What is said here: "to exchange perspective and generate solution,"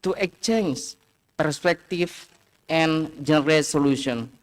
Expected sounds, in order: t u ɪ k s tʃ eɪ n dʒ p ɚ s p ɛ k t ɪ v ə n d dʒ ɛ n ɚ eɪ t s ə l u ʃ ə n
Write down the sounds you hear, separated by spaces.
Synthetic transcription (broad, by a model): t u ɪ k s tʃ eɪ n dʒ p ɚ s p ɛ k t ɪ f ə n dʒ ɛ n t s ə l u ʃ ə n